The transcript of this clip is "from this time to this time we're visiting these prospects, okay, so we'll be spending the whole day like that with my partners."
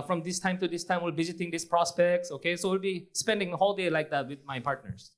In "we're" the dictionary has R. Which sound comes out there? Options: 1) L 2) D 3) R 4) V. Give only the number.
1